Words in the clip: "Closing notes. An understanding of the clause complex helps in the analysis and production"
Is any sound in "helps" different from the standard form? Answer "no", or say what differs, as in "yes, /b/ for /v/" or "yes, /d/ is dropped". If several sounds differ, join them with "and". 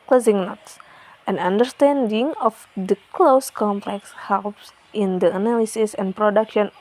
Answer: no